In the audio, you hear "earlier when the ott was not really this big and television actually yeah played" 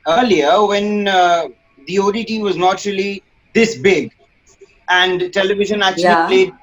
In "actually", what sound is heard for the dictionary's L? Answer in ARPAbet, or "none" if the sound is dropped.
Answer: none